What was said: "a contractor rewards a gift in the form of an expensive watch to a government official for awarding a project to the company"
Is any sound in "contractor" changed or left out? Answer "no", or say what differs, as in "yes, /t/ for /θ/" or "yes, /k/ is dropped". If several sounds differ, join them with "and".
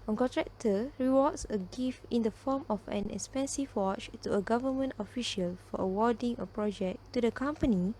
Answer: yes, /n/ is dropped